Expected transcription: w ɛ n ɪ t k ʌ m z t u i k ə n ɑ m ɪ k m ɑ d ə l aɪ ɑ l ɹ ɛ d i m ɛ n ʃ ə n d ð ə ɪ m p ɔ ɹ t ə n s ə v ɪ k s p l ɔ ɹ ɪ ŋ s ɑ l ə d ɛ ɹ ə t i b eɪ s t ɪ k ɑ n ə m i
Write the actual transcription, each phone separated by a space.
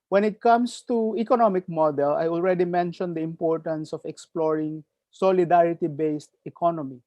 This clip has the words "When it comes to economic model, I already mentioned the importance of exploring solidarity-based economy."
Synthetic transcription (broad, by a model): w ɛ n ɪ t k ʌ m s t u i k ə n ɑ m ɪ k m ɑ d ə l aɪ ɑ l ɹ ɛ d i m ɛ n ʃ ə n d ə ɪ m p ɔ ɹ t ə n s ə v ɪ k s p l ɔ ɹ ɪ ŋ s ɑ l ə d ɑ ɹ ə t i b eɪ s t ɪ k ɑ n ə m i